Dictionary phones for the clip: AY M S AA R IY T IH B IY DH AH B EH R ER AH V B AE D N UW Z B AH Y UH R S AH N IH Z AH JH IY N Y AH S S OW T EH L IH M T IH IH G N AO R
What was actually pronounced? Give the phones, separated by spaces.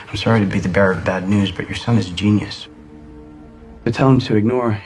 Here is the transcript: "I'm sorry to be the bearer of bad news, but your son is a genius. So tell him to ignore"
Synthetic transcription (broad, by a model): AY M S AA R IY T IH B IY DH AH B EH R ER AH V B AE D N UW Z B AH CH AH R S AH N IH Z JH IY N Y AH S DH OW T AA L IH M T IH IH G N AO R